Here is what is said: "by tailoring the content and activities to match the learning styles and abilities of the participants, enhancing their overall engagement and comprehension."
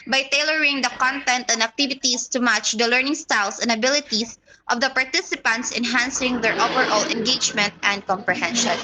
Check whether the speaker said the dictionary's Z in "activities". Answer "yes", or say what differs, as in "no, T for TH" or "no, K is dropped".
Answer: no, S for Z